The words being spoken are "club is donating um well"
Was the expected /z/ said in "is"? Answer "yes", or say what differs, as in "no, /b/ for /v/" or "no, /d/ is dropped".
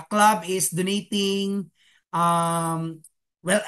no, /s/ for /z/